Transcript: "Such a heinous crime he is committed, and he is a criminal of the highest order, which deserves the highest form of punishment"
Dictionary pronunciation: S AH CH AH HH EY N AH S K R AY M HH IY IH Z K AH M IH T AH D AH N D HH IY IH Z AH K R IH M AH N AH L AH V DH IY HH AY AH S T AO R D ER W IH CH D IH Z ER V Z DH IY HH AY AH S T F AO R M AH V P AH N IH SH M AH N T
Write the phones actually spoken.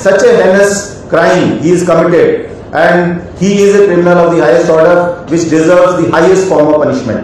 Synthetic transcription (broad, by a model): S AH CH AH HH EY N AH S K R AY M HH IY IH Z K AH M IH T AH D AH N D HH IY IH Z AH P R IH M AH AH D AH V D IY HH AY AH S T AO R D ER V IH CH D IH Z ER V Z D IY HH AY AH S T F AO R M AH V P AH N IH SH M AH N T